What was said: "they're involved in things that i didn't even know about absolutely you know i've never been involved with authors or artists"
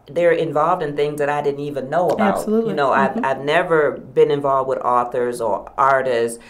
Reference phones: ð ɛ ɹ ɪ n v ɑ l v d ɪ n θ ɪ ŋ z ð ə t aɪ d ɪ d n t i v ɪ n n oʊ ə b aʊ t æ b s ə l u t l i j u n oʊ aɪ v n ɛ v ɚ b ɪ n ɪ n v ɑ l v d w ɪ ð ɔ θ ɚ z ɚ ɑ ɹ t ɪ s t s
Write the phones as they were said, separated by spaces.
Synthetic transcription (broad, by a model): ð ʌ ɹ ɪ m v ɑ l v d ɪ n θ ɪ ŋ z ð ə t aɪ d ɪ d n t i v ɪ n n oʊ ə ʌ b ə ʊ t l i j n oʊ aɪ v n ɛ v ɚ b ɪ n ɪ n v ɑ l v d w ɪ ð ɔ θ ɚ z ɚ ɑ ɹ t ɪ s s